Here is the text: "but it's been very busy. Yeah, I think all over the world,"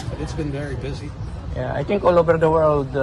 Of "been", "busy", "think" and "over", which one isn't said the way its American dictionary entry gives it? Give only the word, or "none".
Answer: think